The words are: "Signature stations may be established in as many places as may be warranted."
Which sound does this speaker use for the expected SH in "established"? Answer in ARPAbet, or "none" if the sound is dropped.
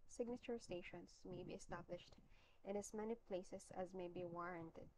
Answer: SH